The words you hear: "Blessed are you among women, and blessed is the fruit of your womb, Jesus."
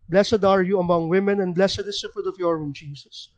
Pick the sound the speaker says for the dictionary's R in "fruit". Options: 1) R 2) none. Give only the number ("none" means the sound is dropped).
2